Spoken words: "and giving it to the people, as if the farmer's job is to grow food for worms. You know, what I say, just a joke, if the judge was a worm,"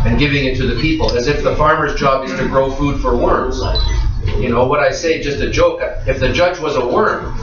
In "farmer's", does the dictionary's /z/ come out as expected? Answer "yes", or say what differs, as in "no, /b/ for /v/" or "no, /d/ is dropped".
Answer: yes